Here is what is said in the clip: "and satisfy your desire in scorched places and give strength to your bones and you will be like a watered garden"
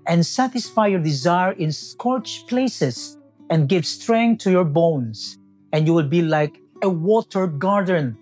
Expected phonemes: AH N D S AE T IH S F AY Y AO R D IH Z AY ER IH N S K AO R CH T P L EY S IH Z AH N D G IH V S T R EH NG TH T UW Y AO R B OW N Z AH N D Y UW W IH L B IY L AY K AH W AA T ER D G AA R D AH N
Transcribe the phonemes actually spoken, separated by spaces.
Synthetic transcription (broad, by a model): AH N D S AE T IH S F AY Y AO R D IH Z AY ER IH N S K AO R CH P L EY S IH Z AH N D G IH V S T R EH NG T UW Y AO R B OW N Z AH N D Y UW W IH L B IY L AY K AH W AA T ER G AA R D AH N